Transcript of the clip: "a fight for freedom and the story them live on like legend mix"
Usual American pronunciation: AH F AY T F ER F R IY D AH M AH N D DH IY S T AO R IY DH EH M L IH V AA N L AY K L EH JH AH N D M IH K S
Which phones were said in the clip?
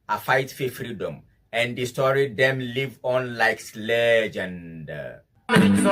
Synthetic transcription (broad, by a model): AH F AY T F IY F R IY D AH M AH N D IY S T AO R IY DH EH M L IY V AA N L AY K L EH JH AH N D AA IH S